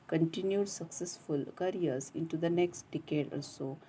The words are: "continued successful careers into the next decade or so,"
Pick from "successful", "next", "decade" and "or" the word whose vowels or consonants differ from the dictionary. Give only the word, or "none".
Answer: or